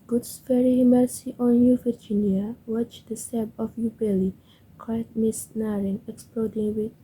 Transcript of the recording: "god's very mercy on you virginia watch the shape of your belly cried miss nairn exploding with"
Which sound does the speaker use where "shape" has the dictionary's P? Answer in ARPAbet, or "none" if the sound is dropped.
B